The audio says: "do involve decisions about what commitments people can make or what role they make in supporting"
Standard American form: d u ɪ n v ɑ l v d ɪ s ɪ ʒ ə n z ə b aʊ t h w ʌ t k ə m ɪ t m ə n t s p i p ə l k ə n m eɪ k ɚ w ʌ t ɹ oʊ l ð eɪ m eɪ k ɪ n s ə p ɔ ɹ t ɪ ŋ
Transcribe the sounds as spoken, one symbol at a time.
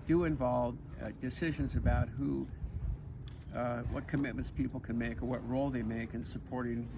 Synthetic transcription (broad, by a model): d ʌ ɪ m v ɑ l v d ɪ s ɪ ʒ ə n z ə b aʊ t h w ʌ t k ə m ɪ t m ə n t s p i p l k ə n m eɪ k ɚ w ʌ t ɹ oʊ l ð eɪ m eɪ k ɪ n s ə p ɔ ɹ t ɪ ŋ